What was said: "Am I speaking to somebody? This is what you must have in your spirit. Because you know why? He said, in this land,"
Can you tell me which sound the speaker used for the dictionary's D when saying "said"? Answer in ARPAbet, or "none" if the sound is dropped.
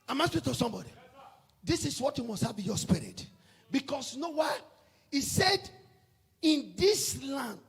D